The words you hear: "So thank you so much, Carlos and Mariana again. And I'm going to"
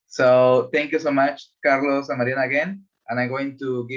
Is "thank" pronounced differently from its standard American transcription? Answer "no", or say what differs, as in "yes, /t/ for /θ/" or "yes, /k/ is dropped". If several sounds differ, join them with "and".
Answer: yes, /t/ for /θ/